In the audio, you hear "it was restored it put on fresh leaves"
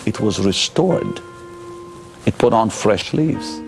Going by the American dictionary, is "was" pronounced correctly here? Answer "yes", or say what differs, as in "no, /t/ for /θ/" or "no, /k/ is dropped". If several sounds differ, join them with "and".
yes